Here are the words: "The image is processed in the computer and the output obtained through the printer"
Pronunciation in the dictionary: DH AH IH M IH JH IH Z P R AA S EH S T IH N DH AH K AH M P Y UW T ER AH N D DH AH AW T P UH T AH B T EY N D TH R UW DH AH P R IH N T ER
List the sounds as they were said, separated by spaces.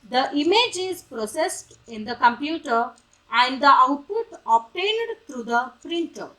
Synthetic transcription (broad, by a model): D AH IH M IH JH IH Z P R AA S EH S T IH N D AH K AH M P Y UW T ER AH N D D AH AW T P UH T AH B T EY N D T R UW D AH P R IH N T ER